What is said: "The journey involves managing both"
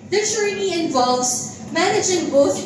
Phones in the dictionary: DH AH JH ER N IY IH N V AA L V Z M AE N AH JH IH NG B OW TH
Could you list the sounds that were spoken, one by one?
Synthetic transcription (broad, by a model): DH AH CH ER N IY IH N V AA L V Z M AE N AH JH IH NG B OW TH